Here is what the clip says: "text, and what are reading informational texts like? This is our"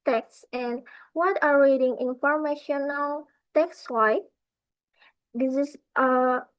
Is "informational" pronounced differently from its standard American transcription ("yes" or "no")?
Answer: no